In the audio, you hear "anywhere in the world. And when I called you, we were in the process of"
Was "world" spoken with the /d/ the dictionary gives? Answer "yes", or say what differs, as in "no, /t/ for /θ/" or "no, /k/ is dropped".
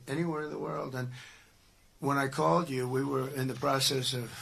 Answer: yes